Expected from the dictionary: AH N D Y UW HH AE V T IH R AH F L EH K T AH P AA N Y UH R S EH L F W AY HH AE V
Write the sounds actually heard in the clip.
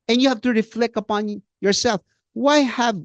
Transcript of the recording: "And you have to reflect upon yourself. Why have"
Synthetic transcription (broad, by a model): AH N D Y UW HH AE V T IH R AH F L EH K AH P AA N Y UH R S EH L F W AY HH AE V